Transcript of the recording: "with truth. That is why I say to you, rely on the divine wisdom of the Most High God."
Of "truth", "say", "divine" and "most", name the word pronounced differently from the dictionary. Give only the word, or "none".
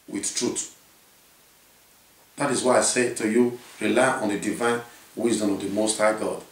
truth